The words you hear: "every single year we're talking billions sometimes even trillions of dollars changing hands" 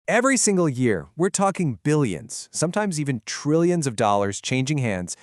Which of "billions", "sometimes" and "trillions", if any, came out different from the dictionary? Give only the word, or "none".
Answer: none